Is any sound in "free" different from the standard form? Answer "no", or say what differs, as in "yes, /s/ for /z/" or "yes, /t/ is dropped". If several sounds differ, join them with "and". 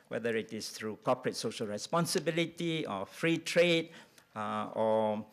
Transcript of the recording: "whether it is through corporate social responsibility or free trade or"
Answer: no